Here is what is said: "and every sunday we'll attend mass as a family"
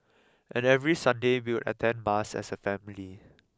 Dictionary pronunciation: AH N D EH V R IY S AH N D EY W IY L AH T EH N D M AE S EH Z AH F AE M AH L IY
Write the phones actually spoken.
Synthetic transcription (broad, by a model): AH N EH V R IY S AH N D EY W IY W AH T EH N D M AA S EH S AH F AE M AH L IY